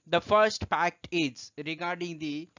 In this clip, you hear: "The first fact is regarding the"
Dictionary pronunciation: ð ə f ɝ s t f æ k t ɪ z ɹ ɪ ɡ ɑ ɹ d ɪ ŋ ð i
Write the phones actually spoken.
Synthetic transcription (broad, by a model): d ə f ɝ s t p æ k t ɪ z ɹ ɪ ɡ ɑ ɹ d ɪ ŋ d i